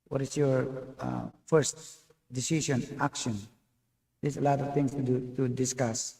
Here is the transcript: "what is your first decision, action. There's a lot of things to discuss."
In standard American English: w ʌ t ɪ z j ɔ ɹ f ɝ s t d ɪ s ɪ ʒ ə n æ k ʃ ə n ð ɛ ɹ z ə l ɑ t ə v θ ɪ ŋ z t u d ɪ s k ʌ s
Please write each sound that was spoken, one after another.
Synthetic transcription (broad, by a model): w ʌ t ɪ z j ɔ ɹ f ɝ s t d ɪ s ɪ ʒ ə n æ k ʃ ə n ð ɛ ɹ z ə l ɑ t ə v t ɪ ŋ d t u d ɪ s k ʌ s